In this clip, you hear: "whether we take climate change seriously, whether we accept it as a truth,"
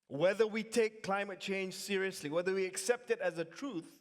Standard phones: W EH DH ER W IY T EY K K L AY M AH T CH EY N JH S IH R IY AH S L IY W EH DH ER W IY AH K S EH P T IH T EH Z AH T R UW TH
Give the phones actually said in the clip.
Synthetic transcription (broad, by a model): W EH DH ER W IY T EY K K L AY M AH T CH EY N JH S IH R IY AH S L IY W EH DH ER W IY AH K S EH P T IH T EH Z AH T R UW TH